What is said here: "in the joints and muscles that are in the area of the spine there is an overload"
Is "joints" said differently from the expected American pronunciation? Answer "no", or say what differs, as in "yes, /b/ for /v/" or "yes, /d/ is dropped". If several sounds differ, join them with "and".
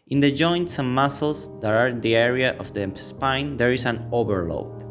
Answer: no